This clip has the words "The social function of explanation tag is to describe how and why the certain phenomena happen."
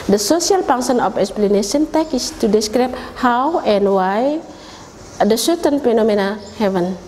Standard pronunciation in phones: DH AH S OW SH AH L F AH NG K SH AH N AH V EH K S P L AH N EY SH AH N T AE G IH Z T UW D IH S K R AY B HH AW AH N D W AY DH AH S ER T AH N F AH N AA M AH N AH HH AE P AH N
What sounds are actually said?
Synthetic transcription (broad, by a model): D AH S OW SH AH L P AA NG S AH N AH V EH K S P L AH N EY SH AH N T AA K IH S T UW D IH S K R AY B HH AW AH N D W AY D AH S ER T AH N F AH N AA M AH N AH HH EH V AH N